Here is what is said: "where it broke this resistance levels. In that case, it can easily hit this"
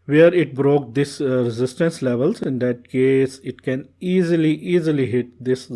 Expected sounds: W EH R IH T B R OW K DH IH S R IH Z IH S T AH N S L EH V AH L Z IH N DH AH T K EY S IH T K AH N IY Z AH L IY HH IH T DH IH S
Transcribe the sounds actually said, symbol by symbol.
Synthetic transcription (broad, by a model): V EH R IH T B R OW K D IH S R IH Z IH S T AH N S L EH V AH L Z IH N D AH T K EY S IH T K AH N IY Z AH L IY HH IH T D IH S